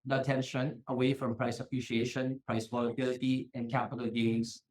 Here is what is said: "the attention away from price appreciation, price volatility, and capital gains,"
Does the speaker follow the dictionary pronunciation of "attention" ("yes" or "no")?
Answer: yes